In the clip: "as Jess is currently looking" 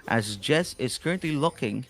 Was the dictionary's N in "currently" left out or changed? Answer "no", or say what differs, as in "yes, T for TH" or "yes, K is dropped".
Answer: no